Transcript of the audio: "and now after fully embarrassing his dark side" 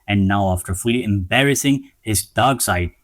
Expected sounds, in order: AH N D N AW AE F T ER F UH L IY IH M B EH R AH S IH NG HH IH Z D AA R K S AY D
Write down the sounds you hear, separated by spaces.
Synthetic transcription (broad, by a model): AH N N AW AE F T ER F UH L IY IH M B EH R AH S IH NG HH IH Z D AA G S AY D